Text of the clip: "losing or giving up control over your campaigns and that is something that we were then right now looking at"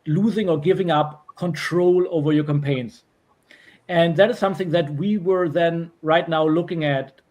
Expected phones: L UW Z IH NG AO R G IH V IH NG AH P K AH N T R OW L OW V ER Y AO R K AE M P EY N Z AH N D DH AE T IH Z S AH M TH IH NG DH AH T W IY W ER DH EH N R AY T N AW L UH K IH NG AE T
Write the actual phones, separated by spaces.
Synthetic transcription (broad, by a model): L UW Z IH NG AO R G IH V IH NG AH P K AH N T R OW L OW V ER Y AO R K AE M P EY N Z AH N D DH AE T IH Z S AH M TH IH NG DH AH T W IY W ER DH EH N R AY T N AW L UH K IH NG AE T